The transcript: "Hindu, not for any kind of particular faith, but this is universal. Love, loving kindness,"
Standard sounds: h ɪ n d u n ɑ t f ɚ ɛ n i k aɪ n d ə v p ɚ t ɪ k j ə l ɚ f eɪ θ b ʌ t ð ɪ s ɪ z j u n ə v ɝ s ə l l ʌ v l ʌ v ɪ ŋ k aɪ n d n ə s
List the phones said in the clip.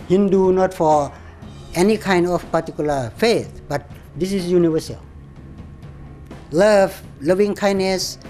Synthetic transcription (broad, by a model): h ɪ n d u n ɑ t f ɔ ɛ n i k aɪ n d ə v p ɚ t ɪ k j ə l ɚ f eɪ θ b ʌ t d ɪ s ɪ s j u n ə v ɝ s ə l l ʌ v l ʌ v ɪ ŋ k aɪ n n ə s